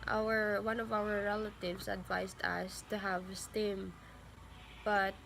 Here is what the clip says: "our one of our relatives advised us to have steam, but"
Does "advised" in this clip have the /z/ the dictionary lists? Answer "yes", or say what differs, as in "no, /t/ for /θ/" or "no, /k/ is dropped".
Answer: no, /s/ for /z/